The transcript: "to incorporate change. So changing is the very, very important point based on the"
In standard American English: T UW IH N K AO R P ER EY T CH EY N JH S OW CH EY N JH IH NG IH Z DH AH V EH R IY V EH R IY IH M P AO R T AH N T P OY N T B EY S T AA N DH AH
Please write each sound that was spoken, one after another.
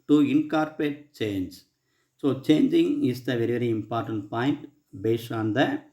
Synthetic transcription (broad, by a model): T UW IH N K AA R P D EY T CH EY N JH S OW CH EY N JH IH NG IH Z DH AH V EH R IY V EH R IY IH M P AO R T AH N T P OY N T B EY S AA N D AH